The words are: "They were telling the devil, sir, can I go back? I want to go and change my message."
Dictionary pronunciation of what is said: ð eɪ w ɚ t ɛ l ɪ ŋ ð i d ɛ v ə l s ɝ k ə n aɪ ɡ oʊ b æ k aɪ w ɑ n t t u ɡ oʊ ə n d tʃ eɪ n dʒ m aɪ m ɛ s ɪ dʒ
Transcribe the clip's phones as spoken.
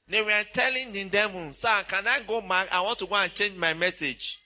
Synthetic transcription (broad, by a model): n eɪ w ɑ t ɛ l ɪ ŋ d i d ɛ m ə n s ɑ k ə n aɪ ɡ oʊ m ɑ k aɪ w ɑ n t t u ɡ oʊ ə n tʃ eɪ n dʒ m aɪ m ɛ s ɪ dʒ